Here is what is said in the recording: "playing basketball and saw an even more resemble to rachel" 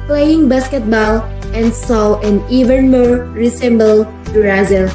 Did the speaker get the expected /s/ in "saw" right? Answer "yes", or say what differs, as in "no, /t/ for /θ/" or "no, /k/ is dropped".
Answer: yes